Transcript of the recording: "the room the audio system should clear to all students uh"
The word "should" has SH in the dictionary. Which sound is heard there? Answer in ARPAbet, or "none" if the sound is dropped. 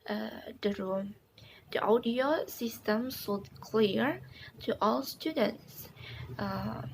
S